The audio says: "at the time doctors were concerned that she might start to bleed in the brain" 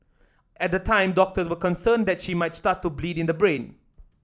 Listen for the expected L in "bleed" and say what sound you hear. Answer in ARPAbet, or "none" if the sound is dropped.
L